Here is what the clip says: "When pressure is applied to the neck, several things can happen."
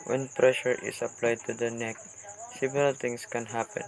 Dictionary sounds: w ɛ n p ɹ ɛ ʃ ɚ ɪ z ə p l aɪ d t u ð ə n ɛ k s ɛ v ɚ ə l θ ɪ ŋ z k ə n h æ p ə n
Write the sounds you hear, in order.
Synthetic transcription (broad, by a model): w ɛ n p ɹ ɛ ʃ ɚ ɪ s ə p l aɪ d t u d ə n ɛ k s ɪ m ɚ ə l t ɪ ŋ s k ə n h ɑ p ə n